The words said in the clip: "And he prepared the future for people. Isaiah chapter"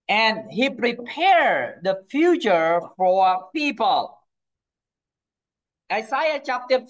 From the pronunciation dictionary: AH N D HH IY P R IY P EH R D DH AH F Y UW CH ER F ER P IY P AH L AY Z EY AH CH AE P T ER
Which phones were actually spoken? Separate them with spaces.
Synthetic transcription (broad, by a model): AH N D HH IY P R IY P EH R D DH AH F Y UW CH ER F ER P IY P AH L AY S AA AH CH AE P T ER